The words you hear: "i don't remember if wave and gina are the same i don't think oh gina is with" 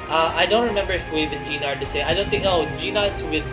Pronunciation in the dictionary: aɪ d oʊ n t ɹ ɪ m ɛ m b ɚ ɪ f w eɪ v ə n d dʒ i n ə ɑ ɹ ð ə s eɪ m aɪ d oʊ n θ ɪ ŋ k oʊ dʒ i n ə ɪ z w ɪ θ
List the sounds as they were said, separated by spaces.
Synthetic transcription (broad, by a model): aɪ d oʊ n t ɹ ɪ m ɛ m b ɚ ɪ f w eɪ v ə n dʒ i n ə ɑ ɹ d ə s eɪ aɪ d oʊ n θ ɪ ŋ k oʊ dʒ i n ə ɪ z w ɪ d